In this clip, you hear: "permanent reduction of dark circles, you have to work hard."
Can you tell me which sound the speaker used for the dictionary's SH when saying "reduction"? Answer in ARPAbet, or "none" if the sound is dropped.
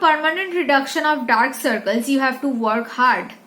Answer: SH